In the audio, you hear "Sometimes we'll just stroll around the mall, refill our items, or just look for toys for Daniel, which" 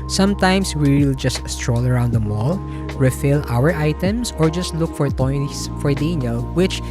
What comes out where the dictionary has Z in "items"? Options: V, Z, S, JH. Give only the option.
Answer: S